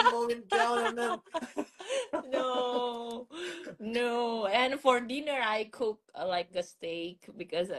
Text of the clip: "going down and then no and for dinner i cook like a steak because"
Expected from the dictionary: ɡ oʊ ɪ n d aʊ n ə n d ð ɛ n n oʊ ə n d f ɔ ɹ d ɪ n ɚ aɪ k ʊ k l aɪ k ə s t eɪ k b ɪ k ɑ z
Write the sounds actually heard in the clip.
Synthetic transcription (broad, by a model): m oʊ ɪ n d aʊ l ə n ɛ n n oʊ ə n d f ɔ ɹ d ɪ n ɚ aɪ k ʊ k l aɪ k ə s t eɪ k b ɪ k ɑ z